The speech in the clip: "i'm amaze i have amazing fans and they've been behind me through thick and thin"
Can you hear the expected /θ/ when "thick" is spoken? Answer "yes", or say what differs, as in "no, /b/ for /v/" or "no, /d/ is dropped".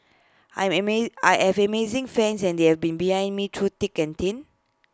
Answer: no, /t/ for /θ/